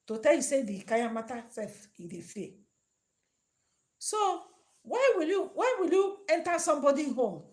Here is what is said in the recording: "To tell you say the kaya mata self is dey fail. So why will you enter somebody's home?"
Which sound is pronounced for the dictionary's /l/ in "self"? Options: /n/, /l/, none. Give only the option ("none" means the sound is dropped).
none